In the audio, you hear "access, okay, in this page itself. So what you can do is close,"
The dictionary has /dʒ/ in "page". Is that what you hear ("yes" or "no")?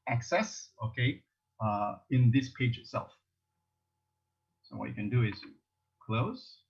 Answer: yes